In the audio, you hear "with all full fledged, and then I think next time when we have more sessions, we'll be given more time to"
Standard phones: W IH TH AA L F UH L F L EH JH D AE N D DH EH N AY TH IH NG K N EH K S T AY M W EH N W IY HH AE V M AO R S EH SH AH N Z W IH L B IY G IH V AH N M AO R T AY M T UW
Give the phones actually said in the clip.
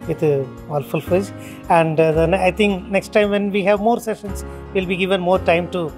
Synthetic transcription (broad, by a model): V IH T AA L F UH L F EH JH AE N D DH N AY T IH NG K N EH K S T AY M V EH N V IY HH AE V M AO R S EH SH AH N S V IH L B IY G IH V AH N M AO R T AY M T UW